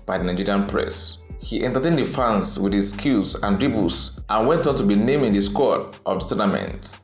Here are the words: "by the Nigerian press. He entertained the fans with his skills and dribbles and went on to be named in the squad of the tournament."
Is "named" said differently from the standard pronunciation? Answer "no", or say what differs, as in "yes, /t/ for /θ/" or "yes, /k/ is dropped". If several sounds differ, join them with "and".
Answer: yes, /d/ is dropped